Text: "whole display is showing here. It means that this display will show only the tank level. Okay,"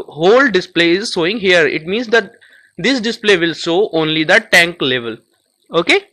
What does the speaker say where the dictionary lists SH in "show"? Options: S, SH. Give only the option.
S